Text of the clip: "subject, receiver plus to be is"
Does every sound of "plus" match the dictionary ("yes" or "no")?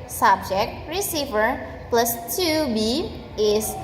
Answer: yes